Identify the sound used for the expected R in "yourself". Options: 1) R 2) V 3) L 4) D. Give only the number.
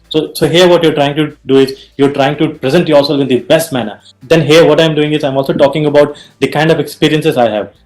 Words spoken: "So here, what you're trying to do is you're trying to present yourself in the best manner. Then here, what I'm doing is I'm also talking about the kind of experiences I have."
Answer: 3